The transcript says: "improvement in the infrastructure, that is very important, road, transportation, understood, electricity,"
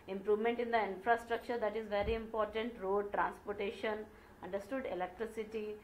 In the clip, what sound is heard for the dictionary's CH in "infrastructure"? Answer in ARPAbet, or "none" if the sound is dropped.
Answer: CH